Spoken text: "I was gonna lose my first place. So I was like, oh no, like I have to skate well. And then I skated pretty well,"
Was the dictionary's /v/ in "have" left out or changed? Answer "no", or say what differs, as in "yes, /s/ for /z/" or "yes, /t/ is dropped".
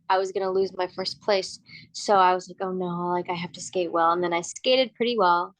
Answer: yes, /f/ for /v/